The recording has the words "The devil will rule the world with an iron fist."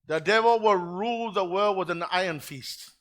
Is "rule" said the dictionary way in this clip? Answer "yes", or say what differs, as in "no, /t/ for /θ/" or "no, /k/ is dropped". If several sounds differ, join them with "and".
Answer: yes